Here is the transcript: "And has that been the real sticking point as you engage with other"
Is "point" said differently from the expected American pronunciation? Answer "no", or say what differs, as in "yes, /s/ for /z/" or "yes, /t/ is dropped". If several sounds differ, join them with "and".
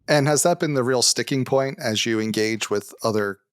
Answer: no